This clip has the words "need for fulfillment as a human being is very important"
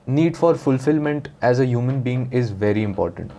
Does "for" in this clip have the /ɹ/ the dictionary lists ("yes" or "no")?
yes